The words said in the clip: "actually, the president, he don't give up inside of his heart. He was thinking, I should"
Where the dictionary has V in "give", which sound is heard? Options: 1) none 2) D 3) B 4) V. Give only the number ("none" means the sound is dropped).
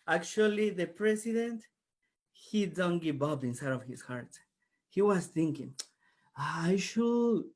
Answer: 3